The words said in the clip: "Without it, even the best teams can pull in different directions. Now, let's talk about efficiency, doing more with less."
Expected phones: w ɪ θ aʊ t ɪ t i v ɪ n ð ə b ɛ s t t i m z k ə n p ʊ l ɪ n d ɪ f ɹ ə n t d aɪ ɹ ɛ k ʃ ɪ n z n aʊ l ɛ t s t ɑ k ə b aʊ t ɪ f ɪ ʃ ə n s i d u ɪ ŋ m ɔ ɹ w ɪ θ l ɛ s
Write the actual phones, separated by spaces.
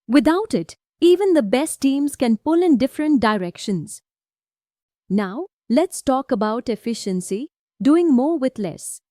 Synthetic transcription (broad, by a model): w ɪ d aʊ t ɪ t i v ɪ n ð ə b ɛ s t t i m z k ə n p ʊ l ɪ n d ɪ f ɹ ə n t d aɪ ɹ ɛ k ʃ ɪ n z n aʊ l ɛ t s t ɑ k ə b aʊ t ɪ f ɪ ʃ ə n s i d u ɪ ŋ m ɔ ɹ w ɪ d l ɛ s